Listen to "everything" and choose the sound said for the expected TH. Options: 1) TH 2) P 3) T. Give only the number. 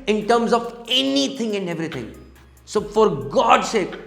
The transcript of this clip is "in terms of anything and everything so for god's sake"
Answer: 3